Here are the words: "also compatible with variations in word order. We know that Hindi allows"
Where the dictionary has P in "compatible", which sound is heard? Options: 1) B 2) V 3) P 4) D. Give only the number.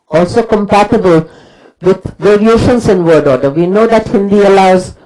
3